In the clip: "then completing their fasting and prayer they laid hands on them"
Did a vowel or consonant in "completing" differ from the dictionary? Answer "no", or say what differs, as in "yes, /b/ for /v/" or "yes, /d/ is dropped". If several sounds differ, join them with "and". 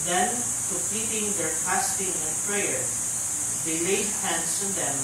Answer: yes, /l/ is dropped